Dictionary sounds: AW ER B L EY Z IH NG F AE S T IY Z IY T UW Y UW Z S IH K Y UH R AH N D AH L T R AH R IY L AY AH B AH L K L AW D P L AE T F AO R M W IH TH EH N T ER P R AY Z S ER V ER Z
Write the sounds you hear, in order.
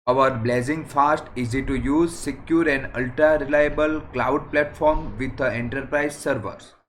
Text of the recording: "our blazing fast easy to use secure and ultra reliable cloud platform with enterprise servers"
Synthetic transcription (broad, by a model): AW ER B L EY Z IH NG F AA S T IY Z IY T UW Y UW Z S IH K Y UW R AH N D AH L T R AH R IY L AY AH B AH L K L AW D P L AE T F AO R M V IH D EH N T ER P R AY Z S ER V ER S